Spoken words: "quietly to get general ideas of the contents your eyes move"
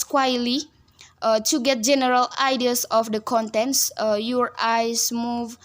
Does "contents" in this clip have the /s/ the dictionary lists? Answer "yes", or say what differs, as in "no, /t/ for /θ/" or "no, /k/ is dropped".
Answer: yes